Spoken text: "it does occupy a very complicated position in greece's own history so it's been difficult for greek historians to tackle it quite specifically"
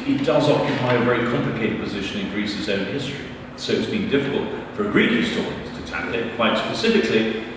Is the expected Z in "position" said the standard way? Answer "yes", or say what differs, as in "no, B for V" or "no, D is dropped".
yes